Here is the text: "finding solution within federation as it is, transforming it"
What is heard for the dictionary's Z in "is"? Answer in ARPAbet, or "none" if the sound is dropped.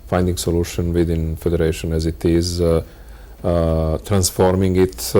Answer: Z